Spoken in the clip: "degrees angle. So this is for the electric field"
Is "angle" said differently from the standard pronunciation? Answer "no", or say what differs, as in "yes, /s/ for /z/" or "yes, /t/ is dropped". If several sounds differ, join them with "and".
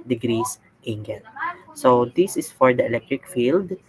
yes, /n/ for /l/